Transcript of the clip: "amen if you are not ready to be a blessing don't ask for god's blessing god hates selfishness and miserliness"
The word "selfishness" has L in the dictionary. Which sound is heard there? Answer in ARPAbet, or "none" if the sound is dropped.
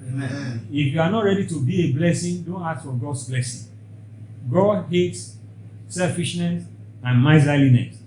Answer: L